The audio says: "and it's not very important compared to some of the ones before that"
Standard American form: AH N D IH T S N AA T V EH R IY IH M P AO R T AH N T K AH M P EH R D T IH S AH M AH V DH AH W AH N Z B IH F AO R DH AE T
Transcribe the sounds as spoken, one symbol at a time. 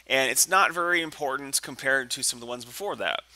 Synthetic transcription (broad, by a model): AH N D IH T S N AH T V EH R IY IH M P AO R T N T K AH M P EH R D T IH S AH M AH V DH AH W AH N Z B IH F AO R DH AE T